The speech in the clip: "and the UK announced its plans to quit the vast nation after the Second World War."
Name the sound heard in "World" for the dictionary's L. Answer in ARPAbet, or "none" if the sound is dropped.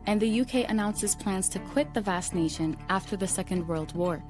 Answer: L